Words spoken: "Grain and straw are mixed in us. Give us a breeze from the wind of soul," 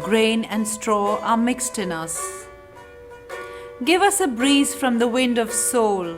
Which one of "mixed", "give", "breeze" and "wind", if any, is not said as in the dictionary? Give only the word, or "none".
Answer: none